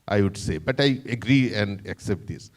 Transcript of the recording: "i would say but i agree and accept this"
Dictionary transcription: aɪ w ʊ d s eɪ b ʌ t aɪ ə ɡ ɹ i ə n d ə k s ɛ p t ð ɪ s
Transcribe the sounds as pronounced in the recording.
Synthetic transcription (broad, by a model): aɪ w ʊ d s eɪ b ʌ t aɪ ə ɡ ɹ i ə n d ə k s ɛ p t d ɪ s